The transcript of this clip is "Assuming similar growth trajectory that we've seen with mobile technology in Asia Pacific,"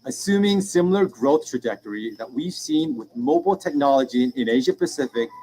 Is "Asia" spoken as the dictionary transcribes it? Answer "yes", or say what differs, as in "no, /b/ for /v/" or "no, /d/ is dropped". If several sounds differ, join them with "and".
yes